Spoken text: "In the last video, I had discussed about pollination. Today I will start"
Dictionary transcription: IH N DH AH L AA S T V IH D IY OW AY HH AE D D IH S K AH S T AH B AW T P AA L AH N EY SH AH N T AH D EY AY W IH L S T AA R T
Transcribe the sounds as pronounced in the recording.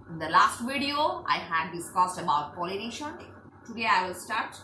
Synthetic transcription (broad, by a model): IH N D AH L AA S T V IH D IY OW AY HH AE D D IH S K AH S T AH B AW T P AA L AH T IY SH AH N T AH D EY AY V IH L S T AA R T